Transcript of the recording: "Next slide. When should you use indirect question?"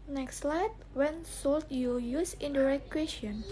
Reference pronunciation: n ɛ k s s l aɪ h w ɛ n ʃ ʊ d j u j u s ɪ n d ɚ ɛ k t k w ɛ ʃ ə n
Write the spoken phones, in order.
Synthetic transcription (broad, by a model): n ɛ k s s l aɪ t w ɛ n s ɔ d j u j u s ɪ n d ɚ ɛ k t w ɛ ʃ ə n